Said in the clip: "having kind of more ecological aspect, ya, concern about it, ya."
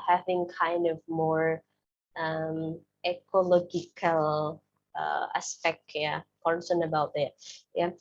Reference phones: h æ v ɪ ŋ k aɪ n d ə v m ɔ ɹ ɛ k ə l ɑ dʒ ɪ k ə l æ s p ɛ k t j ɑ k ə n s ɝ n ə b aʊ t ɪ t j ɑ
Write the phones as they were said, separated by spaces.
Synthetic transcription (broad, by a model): h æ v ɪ ŋ k aɪ n d ə v m ɔ ɹ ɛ k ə l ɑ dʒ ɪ k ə l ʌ s p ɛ k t j ɑ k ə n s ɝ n ə b aʊ t ɪ t j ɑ